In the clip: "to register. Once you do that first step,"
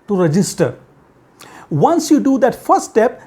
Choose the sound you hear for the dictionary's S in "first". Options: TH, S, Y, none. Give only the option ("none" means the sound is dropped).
none